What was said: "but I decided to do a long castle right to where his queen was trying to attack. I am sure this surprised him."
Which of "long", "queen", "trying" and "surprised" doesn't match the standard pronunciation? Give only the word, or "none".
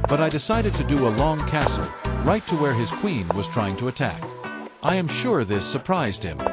none